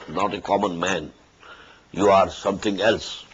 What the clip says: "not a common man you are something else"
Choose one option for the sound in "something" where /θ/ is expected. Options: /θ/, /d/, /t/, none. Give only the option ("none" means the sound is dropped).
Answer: /t/